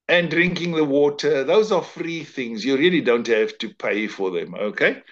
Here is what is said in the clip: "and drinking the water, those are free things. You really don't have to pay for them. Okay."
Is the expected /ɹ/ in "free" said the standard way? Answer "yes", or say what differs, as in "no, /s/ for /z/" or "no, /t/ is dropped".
yes